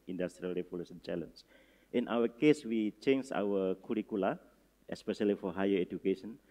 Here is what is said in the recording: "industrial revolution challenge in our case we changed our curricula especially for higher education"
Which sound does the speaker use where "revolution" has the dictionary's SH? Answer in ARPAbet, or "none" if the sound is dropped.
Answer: S